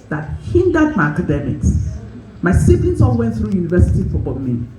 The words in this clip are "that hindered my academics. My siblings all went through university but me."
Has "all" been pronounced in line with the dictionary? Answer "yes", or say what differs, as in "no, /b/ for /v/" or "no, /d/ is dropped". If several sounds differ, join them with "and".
no, /n/ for /l/